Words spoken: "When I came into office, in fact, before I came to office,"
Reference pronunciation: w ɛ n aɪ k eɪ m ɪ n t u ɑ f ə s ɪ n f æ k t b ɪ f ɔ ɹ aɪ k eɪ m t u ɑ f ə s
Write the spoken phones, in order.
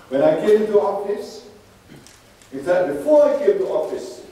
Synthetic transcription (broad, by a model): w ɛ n aɪ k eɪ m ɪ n t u ɑ f ə s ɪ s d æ t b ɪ f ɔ aɪ k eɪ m t u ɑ f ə s